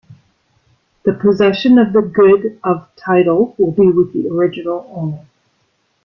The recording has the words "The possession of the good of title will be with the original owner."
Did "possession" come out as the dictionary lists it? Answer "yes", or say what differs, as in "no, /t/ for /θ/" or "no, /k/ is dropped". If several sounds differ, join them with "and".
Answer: yes